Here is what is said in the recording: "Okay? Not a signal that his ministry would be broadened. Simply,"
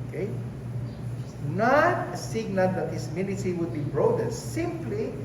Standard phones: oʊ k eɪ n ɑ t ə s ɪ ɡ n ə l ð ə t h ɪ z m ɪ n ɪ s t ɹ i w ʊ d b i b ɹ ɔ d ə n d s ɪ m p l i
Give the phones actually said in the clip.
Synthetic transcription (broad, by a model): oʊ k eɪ n ɑ t ə s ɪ ɡ n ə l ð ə t h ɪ s m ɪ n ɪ t i w ʊ d b i b ɹ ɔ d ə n s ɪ m p l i